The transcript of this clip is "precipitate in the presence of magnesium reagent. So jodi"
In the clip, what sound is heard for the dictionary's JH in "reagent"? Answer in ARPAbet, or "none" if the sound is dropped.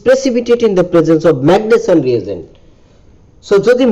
Z